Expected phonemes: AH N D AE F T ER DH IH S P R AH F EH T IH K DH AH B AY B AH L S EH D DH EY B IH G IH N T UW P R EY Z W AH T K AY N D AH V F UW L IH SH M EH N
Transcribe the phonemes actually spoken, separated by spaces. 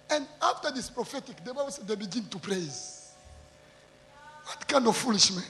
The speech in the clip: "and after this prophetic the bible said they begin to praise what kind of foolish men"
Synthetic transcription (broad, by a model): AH N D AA F T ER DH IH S P R AH F EH T IH K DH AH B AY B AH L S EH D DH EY B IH G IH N T UW P R EY Z W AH T K AY N D AH V F UW L IH SH M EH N